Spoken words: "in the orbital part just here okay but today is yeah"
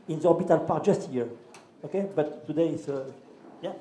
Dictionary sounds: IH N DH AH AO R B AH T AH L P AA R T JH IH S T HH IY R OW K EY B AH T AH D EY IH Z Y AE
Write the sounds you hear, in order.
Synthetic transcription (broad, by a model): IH N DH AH AO R B AH T AH L P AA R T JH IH S T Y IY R OW K EY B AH T AH D EY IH S Y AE